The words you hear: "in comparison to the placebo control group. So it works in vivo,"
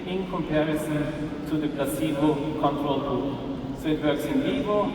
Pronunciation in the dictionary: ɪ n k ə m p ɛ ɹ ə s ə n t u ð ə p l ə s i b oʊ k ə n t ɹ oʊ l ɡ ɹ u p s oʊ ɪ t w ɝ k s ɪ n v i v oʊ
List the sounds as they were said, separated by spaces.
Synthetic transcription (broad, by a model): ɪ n k ə m p ɛ ɹ ə s ə n t u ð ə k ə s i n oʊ k ə n t ɹ oʊ l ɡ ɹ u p s oʊ ɪ t w ɝ k s ɪ n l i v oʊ